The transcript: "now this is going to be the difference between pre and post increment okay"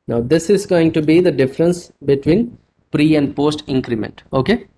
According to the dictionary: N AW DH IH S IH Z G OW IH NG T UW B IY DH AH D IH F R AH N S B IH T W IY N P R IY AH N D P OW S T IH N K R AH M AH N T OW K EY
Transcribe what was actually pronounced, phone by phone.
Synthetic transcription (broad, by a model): N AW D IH S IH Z G OW IH NG T UW B IY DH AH D IH F R AH N S B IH T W IY N P R IY AH N D P OW S T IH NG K R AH M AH N T OW K EY